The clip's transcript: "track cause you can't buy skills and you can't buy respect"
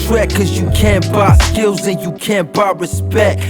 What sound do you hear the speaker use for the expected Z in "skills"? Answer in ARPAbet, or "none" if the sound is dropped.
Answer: Z